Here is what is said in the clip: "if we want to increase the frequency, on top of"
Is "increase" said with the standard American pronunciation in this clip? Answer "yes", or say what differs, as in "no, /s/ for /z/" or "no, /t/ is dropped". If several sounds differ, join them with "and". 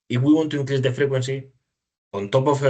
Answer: no, /l/ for /ɹ/